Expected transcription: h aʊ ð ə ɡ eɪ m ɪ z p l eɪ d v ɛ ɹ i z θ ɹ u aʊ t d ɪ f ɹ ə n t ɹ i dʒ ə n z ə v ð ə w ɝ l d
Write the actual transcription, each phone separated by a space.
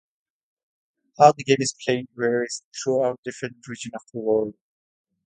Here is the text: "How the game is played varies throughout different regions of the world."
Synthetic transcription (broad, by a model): h aʊ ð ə ɡ eɪ m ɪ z p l eɪ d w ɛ ɹ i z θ ɹ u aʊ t d ɪ f ɹ ə n t ɹ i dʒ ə n ə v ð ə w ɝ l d